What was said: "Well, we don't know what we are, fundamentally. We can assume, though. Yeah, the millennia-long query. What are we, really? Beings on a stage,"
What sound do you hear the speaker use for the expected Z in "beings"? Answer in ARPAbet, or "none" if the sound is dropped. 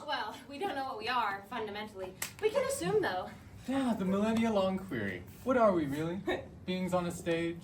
Z